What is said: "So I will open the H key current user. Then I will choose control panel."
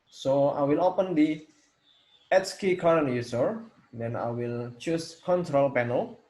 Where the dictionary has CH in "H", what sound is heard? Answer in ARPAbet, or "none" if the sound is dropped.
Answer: S